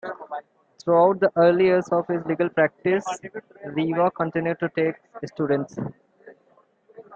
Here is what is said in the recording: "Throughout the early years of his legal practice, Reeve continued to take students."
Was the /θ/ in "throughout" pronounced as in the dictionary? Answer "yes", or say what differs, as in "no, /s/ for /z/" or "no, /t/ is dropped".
no, /t/ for /θ/